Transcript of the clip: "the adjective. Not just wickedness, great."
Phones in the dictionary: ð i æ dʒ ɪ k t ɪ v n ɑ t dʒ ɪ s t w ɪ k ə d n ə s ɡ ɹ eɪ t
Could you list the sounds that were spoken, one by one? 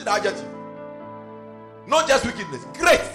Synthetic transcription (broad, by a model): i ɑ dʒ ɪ t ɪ n ɑ t dʒ ɪ s t w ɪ k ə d n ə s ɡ ɹ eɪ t